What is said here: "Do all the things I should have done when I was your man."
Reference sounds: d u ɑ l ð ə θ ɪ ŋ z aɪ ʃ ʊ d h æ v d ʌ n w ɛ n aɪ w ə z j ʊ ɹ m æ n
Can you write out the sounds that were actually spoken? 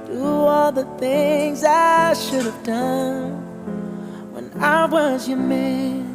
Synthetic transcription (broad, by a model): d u ɑ l ð ə θ ɪ ŋ z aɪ ʃ ʊ d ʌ v d ʌ n w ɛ n aɪ w ə z j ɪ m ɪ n